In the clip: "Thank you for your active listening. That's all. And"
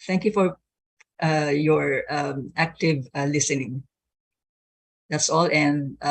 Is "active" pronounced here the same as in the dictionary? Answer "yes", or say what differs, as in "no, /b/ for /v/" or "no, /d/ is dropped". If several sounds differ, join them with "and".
yes